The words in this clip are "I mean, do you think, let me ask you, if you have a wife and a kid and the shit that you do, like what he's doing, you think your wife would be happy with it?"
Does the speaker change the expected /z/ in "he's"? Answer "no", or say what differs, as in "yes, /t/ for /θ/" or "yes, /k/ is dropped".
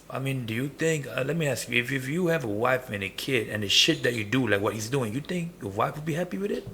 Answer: no